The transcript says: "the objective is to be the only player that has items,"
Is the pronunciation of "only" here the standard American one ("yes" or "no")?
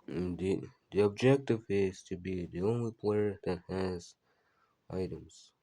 yes